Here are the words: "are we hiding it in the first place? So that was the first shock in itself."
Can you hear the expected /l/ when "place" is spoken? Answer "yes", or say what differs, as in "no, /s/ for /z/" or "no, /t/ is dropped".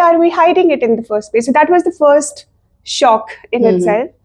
no, /l/ is dropped